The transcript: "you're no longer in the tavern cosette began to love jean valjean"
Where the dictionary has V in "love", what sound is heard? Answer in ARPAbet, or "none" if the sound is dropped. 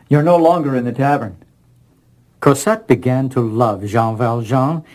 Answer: V